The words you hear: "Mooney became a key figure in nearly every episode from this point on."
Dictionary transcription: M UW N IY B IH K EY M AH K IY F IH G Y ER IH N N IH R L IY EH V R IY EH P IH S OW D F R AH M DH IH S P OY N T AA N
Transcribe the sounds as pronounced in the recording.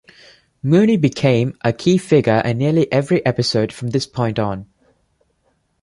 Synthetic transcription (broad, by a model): M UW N IY B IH K EY M AH K IY F IH G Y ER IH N N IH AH L IY EH V R IY EH P IH S OW D F R AH M DH IH S P OY N T N